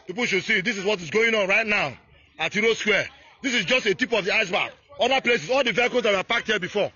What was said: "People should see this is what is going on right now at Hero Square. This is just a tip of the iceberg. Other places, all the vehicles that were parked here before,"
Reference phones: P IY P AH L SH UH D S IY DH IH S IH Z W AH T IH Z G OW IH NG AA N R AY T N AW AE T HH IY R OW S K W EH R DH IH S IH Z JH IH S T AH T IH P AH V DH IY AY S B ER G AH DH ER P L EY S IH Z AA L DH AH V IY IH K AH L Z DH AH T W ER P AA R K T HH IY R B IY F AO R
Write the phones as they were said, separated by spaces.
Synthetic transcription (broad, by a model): P IY P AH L SH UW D S IY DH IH S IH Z W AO T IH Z G OW IH NG AA N R AY T N AW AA T HH IY R OW S K W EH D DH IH S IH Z JH IH S T AH T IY P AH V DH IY AY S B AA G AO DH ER P L EY S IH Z AA L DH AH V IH K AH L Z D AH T W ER P AA K T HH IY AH B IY F AO